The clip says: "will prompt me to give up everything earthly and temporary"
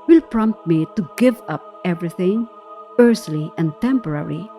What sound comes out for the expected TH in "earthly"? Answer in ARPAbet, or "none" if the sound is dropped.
S